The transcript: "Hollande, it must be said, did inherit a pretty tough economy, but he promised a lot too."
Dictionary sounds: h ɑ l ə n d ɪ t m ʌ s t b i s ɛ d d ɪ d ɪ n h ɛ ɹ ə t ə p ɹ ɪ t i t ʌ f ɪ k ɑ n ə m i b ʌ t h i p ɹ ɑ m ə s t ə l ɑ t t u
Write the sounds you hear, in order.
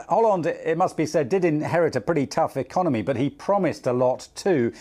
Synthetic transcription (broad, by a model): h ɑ l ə n d ɪ t m ʌ s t b i s ɛ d d ɪ d ɪ n h ɛ ɹ ə t ə p ɹ ɪ t i t ʌ f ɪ k ɑ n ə m i b ʌ t h i p ɹ ɑ m ə s t ə l ɑ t t u